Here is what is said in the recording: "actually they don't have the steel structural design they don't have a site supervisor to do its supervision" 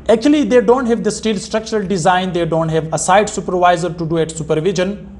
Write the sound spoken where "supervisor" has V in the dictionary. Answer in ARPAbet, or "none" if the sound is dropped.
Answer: V